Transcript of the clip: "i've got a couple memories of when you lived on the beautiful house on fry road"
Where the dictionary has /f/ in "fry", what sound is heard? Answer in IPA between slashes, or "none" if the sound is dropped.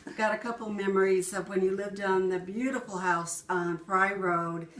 /p/